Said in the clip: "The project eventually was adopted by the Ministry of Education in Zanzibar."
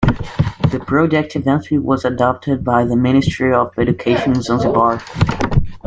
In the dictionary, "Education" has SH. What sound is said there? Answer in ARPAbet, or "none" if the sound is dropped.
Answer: none